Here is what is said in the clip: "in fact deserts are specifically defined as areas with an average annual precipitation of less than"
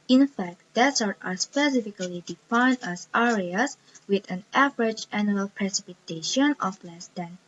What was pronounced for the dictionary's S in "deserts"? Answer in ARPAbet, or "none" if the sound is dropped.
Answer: none